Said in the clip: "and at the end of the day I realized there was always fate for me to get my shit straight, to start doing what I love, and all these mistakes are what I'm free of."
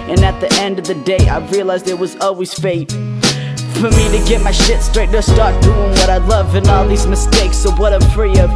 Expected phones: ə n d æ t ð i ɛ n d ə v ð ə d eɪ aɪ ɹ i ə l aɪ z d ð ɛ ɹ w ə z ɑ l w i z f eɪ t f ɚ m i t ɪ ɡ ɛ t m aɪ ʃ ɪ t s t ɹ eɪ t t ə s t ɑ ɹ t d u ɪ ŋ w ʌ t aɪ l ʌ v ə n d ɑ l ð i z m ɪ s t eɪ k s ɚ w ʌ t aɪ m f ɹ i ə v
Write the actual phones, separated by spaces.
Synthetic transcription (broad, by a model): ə n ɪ t ð i ɛ n d ə v ð ə d eɪ aɪ ɹ i ə l aɪ z d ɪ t w ə z ɑ l w i z f eɪ t f ɚ m i t ɪ ɡ ɛ t m aɪ ʃ ɪ t s t ɹ eɪ t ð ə s t ɑ ɹ t d u ɪ ŋ w ʌ t aɪ l ʌ v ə n ɑ l ð i z m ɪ s t eɪ k s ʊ w ʌ t aɪ m f ɹ i ə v